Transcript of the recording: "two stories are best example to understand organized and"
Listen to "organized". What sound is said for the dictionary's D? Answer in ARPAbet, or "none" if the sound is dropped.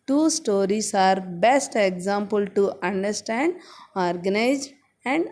none